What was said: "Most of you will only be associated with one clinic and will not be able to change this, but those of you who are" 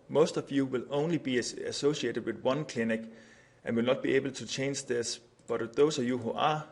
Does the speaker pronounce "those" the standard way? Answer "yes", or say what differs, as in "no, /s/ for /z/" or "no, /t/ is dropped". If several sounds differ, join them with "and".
no, /s/ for /z/